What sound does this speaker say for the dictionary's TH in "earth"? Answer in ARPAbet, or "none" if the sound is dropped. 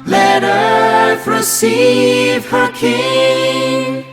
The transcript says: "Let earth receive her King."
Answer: F